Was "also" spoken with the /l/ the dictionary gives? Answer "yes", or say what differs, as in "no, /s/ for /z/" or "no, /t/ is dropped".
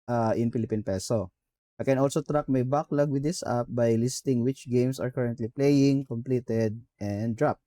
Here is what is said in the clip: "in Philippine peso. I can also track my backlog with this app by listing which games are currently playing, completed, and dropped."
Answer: yes